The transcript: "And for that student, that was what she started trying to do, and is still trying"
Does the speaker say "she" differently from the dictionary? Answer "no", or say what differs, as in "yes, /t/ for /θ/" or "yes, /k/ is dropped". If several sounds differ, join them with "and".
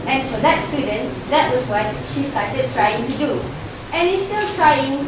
no